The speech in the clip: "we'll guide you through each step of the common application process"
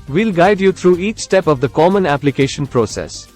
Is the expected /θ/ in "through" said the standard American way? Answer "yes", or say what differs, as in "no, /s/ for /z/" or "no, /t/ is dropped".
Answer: no, /t/ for /θ/